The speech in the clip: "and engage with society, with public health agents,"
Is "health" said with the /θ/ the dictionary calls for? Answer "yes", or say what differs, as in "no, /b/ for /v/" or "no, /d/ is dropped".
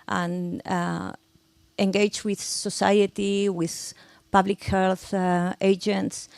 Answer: yes